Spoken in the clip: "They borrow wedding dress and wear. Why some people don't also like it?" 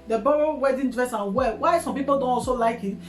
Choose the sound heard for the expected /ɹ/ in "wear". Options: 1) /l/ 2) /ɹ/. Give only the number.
1